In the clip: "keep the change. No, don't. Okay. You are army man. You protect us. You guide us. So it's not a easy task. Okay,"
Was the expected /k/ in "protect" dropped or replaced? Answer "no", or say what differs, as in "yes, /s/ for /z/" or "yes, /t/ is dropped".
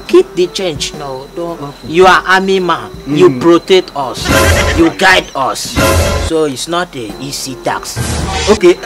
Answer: yes, /k/ is dropped